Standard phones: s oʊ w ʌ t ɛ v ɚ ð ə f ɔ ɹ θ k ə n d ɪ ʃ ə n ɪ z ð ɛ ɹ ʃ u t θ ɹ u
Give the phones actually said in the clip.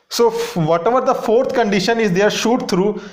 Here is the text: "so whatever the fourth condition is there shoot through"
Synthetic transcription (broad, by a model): s oʊ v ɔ t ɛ v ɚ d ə f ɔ ɹ t k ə n d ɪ ʃ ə n ɪ z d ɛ ɹ ʃ u t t ɹ u